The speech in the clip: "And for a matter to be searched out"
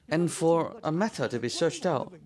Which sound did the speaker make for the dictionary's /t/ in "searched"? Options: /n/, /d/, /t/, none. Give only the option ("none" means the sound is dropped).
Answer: /t/